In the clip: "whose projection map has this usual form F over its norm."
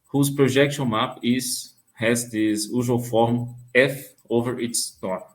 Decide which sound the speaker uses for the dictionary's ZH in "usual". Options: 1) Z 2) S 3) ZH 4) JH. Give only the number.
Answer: 1